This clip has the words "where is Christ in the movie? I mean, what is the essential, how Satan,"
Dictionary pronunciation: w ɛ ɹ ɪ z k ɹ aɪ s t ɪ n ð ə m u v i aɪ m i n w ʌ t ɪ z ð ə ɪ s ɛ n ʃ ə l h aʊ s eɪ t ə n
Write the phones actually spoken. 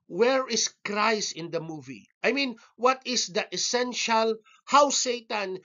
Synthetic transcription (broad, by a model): w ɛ ɹ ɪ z k ɹ aɪ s ɪ n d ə m u v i aɪ m i n w ʌ t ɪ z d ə ɪ s ɛ n ʃ ə l h aʊ s eɪ t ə n